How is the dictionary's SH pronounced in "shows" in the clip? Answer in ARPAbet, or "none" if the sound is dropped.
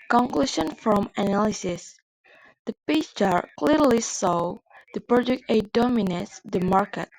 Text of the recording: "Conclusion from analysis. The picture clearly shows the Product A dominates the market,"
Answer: S